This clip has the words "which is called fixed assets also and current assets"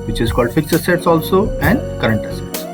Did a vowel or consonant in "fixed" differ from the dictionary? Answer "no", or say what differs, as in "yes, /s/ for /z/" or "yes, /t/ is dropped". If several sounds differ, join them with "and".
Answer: yes, /t/ is dropped